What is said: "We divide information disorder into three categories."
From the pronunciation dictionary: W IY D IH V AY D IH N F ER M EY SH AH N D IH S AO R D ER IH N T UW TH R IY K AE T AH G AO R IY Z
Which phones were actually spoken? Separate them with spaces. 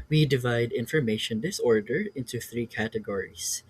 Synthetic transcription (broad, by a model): W IY D IH V AY D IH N F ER M EY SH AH N D IH S AO R D ER IH N T UW TH R IY K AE T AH G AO R IY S